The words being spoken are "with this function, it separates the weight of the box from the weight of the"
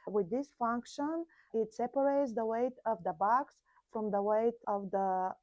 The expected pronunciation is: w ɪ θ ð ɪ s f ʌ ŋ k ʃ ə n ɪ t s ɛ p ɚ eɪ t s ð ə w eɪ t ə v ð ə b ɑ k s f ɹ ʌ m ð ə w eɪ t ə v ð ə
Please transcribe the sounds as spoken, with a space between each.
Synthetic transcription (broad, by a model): w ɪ ð ɪ s f ʌ ŋ k ʃ ə n ɪ t s ɛ p ɚ eɪ t s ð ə w eɪ t ə v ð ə b ɑ k s f ɹ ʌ m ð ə w eɪ t ə v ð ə